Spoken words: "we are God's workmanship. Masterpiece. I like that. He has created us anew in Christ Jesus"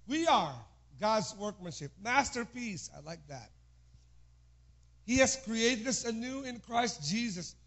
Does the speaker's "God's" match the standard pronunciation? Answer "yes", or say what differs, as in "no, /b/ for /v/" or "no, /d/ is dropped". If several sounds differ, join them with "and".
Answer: yes